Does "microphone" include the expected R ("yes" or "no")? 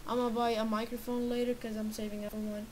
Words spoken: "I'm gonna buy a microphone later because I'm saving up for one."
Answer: yes